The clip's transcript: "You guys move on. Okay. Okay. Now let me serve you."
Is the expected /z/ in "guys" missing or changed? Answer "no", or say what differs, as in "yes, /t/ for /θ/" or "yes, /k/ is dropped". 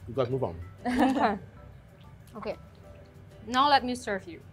yes, /z/ is dropped